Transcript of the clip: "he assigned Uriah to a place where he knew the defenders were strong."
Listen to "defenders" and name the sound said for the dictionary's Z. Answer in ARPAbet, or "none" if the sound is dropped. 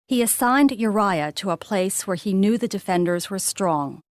Z